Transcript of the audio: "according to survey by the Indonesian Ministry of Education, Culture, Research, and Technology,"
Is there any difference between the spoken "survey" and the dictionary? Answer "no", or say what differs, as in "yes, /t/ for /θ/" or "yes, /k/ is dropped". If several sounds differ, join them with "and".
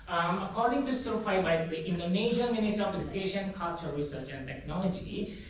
yes, /f/ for /v/